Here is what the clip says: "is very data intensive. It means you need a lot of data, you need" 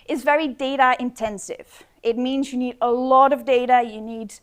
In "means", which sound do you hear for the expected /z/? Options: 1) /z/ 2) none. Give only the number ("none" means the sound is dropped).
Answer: 1